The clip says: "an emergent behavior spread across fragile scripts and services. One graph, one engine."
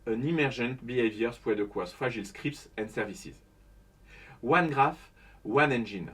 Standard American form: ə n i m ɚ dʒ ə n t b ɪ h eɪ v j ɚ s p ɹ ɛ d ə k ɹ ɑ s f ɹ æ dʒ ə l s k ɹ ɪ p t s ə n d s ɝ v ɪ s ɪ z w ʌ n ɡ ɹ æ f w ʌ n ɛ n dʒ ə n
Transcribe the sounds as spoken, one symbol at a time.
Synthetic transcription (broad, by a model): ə n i m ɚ ʒ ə n t b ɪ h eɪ v j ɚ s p w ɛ d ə k w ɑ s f ɑ ʒ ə l s k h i p t s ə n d s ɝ v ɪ s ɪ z w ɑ n ɡ ɹ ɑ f w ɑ n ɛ n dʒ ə n